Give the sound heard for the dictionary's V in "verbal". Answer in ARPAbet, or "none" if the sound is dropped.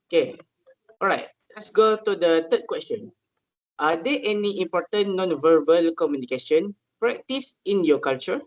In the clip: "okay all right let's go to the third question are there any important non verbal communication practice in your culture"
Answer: V